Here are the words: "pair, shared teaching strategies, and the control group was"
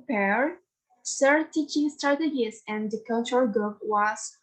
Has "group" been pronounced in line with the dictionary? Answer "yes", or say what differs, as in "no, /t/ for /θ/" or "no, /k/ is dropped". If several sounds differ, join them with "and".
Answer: no, /ɹ/ is dropped